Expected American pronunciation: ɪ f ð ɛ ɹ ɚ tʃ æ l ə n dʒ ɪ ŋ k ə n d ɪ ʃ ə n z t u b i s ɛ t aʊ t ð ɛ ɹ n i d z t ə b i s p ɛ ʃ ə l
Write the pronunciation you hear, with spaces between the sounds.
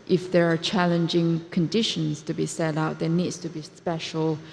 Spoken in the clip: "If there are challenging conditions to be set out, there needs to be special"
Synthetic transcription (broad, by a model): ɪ f ð ɛ ɹ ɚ tʃ æ l ə n dʒ ɪ ŋ k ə n d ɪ ʃ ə n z t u b i s ɛ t aʊ t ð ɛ n i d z t ə b i s p ɛ ʃ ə l